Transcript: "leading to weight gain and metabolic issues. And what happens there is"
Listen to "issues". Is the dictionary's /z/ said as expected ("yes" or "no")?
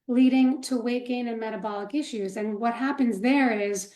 yes